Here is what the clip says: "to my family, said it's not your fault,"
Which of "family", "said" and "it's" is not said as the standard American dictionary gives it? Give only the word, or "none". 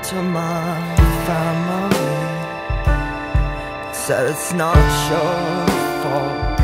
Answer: said